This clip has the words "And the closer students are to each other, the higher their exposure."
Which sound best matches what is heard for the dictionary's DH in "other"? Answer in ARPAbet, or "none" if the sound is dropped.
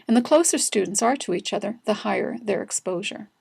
DH